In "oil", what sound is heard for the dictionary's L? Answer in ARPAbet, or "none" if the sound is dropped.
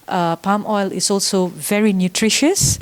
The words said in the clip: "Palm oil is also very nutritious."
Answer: L